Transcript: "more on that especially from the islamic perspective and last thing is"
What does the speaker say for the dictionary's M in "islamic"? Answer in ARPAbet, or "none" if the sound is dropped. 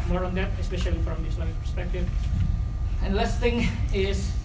none